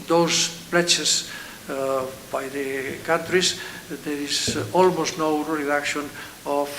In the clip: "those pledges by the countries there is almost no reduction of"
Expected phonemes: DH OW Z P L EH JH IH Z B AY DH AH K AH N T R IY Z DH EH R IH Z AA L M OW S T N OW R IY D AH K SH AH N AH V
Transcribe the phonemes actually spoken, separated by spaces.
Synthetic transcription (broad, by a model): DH OW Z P L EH CH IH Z B AY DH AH K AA N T R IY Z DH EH R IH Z AA L M OW S T N OW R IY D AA K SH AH N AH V